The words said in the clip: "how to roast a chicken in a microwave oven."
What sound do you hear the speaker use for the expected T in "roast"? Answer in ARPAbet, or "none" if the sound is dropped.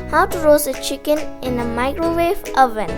none